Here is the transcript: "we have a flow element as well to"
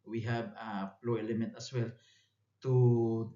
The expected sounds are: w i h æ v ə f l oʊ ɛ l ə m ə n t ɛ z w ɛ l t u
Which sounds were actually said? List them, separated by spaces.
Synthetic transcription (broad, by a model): w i h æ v ə p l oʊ ɛ l ə m ə n t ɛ s w ɛ l t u